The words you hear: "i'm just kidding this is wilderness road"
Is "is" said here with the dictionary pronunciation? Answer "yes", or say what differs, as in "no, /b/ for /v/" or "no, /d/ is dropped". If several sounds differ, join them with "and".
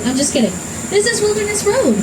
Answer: no, /s/ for /z/